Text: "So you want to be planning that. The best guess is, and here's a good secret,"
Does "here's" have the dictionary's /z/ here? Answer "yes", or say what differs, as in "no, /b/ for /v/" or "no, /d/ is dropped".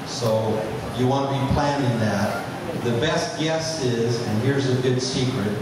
yes